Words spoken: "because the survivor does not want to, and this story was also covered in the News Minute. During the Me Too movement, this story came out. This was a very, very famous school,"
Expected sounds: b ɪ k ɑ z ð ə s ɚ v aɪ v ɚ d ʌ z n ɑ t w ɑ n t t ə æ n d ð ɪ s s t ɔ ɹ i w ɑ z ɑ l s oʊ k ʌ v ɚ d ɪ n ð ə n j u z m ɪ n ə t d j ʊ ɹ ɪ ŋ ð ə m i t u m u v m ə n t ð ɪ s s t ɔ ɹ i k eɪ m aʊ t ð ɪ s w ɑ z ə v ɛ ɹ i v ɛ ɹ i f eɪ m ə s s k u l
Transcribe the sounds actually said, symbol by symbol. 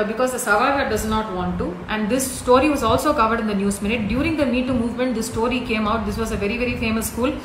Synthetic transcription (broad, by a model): b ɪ k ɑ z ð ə s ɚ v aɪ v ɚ d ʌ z n ɑ t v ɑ n t t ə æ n d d ɪ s s t ɔ ɹ i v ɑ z ɑ l s oʊ k ʌ v ɚ d ɪ n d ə n j u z m ɪ n ə t d j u ɹ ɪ ŋ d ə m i t u m u v m ə n t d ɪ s s t ɔ ɹ i k eɪ m aʊ t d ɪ s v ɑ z ə v ɛ ɹ i v ɛ ɹ i f eɪ m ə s s k u l